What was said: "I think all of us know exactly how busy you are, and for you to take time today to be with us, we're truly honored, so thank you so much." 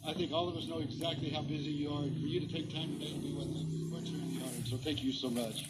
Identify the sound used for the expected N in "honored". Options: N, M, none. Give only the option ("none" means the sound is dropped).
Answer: none